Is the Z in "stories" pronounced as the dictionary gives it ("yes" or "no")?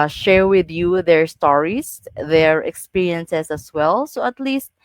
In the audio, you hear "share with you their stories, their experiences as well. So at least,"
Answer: no